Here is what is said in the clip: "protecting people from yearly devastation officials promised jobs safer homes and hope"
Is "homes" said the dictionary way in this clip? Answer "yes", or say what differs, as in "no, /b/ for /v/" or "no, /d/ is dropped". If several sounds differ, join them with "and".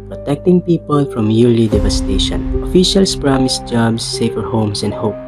no, /s/ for /z/